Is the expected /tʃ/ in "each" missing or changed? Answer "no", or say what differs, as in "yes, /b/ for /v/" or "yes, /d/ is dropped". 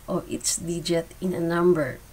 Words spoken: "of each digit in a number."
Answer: yes, /s/ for /tʃ/